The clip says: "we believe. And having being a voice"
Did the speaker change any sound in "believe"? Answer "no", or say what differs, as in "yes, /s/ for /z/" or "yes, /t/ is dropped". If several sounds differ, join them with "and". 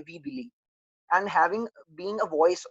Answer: yes, /v/ is dropped